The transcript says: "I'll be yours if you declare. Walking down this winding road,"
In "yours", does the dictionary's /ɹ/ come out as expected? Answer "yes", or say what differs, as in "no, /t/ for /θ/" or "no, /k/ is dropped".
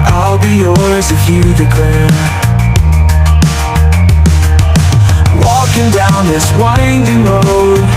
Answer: no, /l/ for /ɹ/